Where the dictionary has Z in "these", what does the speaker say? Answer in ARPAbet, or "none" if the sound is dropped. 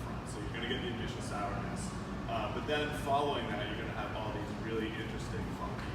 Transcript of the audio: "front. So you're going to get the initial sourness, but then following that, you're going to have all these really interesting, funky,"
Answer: Z